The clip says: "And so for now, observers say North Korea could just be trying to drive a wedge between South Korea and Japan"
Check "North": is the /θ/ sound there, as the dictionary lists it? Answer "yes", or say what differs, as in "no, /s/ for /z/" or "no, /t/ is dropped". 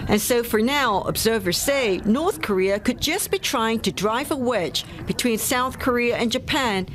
yes